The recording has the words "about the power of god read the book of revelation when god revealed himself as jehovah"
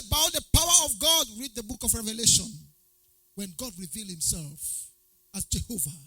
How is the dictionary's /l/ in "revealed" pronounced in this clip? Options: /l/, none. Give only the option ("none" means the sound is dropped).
/l/